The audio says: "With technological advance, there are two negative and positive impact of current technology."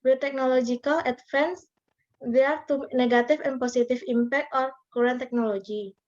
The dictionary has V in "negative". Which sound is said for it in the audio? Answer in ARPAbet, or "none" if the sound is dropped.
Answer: F